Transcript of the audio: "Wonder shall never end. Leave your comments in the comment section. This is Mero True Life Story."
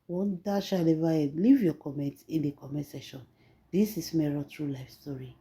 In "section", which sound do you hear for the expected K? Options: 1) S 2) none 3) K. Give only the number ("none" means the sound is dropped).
2